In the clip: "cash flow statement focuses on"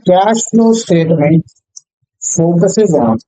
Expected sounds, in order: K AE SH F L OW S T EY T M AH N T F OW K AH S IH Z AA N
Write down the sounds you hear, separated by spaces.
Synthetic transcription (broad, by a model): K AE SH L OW S T EY T M AH N T F OW K AH S IH Z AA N